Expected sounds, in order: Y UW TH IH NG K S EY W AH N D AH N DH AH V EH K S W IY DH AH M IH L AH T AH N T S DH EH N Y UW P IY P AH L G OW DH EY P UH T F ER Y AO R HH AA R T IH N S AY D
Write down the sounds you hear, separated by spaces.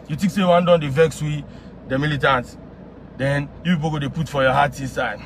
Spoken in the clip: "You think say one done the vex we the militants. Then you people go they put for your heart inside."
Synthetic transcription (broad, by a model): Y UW T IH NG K S EY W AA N D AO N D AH V EH K S W IY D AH M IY L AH T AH N T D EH N Y UW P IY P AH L G OW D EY P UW T F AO Y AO HH AA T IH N S AY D